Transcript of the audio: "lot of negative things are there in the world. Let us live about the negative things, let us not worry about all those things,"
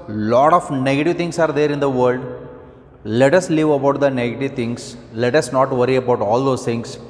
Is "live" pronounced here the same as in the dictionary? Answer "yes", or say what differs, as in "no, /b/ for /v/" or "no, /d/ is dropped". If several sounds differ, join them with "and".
yes